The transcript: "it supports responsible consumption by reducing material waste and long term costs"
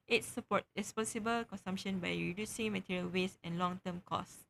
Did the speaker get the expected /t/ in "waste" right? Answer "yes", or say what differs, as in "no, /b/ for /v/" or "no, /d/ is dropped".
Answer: no, /t/ is dropped